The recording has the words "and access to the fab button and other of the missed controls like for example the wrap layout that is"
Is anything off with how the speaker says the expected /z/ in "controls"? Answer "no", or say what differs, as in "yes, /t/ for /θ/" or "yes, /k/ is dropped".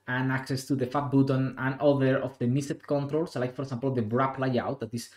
yes, /s/ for /z/